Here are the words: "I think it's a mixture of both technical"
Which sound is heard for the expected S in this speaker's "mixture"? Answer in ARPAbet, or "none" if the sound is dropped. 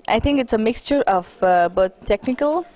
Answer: S